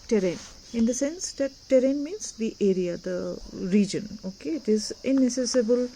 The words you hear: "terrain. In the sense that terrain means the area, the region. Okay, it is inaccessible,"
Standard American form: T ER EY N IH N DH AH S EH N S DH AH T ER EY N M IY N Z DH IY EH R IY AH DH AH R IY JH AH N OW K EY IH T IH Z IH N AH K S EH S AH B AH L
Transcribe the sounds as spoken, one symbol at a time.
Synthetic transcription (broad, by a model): T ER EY N IH N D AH S EH N S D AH T ER EY N M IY N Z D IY EH R IY AH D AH R IY JH AH N OW K EY IH T IH Z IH N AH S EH S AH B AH L